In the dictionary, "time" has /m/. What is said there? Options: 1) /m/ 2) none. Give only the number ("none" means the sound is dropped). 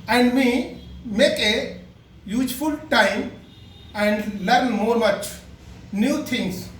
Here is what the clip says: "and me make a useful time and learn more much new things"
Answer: 1